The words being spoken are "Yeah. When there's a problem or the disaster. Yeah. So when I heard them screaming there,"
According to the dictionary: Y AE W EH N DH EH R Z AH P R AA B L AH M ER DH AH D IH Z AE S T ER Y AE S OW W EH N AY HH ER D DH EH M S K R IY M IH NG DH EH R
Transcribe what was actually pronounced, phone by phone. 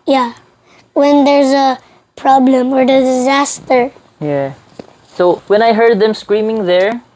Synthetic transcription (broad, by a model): Y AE W EH N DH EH R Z AH P R AA B L AH M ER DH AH D IH Z AE S T ER Y AE S OW W EH N AY HH ER D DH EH M S K R IY M IH NG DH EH R